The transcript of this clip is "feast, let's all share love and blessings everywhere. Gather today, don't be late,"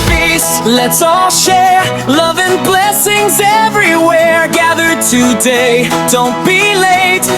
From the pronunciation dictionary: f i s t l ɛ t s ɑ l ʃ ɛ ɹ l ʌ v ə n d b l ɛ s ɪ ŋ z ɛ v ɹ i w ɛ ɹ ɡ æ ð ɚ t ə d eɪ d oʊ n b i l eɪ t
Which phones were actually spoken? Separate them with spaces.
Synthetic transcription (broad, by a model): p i s l ɛ t s ɑ l ʃ ɛ ɹ l ʌ v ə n b l ɛ s ɪ ŋ z ɛ v ɹ i w ɛ ɹ ɡ æ ð ɚ t ə d eɪ d oʊ n b i l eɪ t